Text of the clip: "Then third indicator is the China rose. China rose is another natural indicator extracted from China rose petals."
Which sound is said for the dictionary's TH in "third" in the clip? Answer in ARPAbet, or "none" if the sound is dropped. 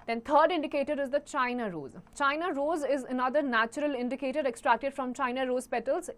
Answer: T